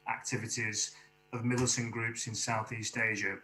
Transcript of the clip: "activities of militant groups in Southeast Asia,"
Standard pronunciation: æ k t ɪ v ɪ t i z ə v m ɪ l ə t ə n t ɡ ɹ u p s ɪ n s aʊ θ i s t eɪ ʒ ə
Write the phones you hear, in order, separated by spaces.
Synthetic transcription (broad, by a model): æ k t ɪ v ɪ t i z ə v m ɪ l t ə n ɡ ɹ u p s ɪ n s aʊ θ i s t eɪ ʒ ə